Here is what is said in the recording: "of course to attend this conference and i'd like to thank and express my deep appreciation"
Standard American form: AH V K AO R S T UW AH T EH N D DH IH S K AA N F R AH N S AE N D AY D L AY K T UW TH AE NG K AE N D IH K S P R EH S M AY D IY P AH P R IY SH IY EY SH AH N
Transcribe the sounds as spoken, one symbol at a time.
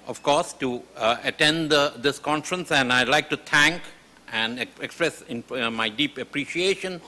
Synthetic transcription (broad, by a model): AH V K AO R S T UW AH T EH N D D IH S K AA N F R AH N S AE N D AY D L AY K T UW T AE NG K AE N D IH K S P R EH S M AY D IY P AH P R IY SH IY EY SH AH N